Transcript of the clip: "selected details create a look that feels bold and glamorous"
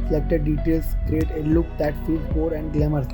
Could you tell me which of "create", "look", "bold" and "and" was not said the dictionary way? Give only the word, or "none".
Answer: bold